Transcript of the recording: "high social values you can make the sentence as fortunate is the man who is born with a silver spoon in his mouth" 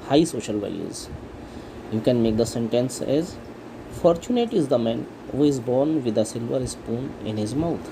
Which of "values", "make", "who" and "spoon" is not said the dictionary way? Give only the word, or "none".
values